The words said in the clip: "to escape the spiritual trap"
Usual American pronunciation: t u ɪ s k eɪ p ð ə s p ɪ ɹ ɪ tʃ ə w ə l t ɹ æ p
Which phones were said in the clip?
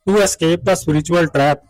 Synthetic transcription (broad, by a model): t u ɪ s k eɪ p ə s u ɹ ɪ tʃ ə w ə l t ɹ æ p